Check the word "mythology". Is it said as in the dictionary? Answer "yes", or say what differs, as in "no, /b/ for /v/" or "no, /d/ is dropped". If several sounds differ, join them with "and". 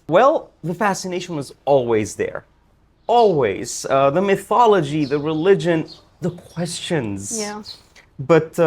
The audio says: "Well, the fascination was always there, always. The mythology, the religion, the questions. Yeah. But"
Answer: yes